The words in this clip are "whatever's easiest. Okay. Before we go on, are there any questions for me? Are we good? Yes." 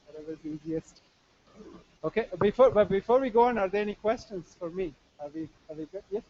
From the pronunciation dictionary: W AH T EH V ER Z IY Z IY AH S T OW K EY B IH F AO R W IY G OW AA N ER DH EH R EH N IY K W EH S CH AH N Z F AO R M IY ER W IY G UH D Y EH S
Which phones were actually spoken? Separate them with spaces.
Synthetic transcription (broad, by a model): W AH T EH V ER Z IY Z IY AH S T OW K EY B IH F AO R W IY G OW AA N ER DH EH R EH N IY K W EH S CH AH N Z F AO R M IY ER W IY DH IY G Y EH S